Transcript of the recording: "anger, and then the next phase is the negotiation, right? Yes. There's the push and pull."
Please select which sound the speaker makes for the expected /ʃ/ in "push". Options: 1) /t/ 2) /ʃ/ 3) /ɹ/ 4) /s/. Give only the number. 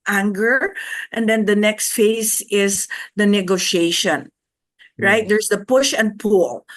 2